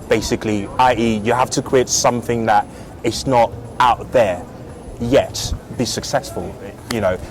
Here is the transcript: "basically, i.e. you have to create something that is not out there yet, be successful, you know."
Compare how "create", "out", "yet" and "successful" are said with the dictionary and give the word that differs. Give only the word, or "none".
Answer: create